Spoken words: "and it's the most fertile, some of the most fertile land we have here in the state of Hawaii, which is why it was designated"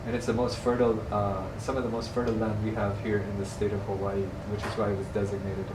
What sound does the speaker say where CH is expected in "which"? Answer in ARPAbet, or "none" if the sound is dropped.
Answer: CH